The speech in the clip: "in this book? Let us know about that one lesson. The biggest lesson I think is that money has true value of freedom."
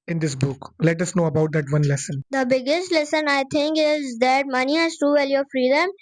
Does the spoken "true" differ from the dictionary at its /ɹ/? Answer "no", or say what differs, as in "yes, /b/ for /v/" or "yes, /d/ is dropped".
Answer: yes, /ɹ/ is dropped